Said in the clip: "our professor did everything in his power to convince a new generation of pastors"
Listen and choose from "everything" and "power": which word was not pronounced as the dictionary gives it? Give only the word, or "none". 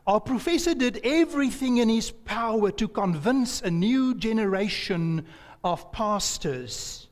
none